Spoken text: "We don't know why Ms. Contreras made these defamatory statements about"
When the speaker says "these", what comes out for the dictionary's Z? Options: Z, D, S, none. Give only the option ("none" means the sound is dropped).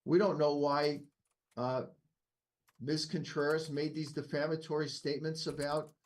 Z